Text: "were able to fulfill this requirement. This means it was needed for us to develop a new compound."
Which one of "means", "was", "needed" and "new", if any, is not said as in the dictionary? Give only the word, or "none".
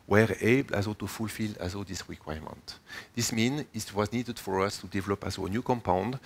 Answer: means